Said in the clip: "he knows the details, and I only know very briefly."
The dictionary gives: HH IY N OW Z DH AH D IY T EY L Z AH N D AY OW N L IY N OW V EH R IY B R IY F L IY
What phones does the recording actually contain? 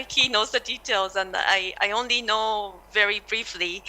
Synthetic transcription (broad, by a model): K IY N OW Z DH AH D IY T EY L Z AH N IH AY OW N L IY N OW V EH R IY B R IY F L IY